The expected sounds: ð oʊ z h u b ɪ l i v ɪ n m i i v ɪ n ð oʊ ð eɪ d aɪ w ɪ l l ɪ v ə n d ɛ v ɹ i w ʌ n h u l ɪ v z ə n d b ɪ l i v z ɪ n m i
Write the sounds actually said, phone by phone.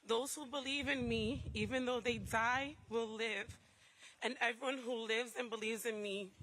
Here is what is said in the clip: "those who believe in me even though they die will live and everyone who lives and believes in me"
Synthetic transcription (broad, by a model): ð oʊ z h u b ɪ l i v ɪ n m i i v ɪ n ð oʊ ð eɪ d aɪ w ɪ l l ɪ v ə n ɛ v ɹ i w ʌ n h u l ɪ v z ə n b ɪ l i v z ɪ n m i